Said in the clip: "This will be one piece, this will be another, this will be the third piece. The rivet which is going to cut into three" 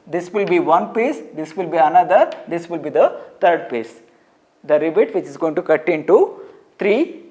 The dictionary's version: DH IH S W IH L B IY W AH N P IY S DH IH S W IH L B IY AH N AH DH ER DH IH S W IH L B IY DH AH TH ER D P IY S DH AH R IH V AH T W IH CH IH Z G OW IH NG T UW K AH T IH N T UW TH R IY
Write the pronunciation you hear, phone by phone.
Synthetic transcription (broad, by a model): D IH S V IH L B IY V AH N P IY S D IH S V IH L B IY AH N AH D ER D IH S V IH L B IY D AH T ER D P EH S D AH R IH B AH T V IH CH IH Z G OW IH NG T UW K AH T IH N T UW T R IY